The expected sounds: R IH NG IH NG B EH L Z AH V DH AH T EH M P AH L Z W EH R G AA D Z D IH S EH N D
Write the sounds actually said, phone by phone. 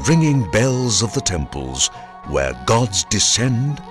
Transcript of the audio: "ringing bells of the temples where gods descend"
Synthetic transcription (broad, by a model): R IH NG IH NG B EH L Z AH V DH AH T EH M P AH L Z W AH R G AA D Z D IH S EH N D